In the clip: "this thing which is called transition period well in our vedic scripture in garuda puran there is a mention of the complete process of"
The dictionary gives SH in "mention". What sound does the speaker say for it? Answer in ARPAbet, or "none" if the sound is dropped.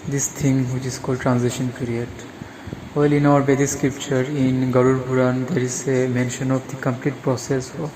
SH